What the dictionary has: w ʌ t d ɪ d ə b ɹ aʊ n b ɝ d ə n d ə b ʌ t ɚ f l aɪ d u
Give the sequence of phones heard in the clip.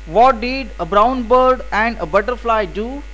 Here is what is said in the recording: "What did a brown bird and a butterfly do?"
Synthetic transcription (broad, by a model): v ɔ t d ɪ d ə b ɹ aʊ n b ɝ d ə n d ə b ʌ t ɚ f l aɪ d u